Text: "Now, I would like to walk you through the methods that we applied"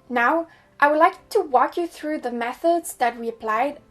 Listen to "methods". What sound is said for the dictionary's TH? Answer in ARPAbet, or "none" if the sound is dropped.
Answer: TH